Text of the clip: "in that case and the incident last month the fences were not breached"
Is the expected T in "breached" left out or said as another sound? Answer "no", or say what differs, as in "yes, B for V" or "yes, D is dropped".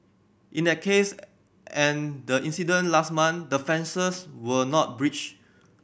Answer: yes, T is dropped